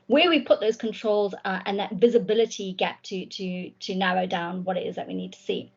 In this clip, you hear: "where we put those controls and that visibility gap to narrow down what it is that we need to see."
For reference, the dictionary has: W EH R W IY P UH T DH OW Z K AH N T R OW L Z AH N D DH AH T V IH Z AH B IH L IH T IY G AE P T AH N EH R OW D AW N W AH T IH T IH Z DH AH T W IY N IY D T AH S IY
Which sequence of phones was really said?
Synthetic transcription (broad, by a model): W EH W IY P UH T DH OW Z K AH N T R OW L Z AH N DH AH T V IH Z AH B IH L IH T IY G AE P T AH N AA R OW D AW N W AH T IH T IH Z DH AH T W IY N IY D T AH S IY